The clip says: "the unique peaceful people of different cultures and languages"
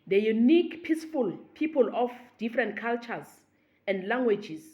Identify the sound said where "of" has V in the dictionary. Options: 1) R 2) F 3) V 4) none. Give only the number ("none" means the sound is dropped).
2